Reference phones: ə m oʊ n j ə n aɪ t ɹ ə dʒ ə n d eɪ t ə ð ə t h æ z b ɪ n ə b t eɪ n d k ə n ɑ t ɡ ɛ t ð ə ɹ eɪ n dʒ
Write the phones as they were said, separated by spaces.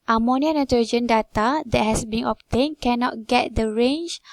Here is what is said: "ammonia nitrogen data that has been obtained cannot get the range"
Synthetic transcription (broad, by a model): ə m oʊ n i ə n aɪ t ə dʒ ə n d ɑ t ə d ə t h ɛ s b ɪ n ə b t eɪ n k ə n ɑ t ɡ ɛ t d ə ɹ eɪ n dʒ